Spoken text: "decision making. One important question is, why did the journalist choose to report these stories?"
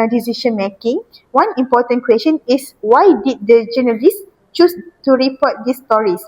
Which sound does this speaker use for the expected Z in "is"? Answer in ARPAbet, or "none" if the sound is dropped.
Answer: S